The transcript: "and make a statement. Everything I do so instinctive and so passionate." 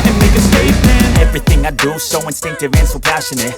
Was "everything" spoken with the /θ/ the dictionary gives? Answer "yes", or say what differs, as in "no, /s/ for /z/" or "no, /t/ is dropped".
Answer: yes